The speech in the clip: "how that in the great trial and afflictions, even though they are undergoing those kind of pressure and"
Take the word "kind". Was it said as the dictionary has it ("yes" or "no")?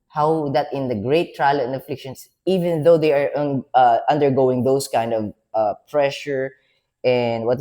yes